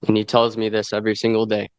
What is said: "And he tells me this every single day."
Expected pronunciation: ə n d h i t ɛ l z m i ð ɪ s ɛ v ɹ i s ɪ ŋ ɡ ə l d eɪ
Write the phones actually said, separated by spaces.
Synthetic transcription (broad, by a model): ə n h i t ɛ l z m i ð ɪ s ɛ v ɹ i s ɪ ŋ ɡ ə l d eɪ